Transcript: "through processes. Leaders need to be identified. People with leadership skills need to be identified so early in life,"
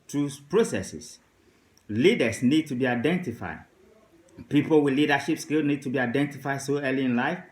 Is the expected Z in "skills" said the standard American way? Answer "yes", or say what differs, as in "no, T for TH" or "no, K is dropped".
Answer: no, Z is dropped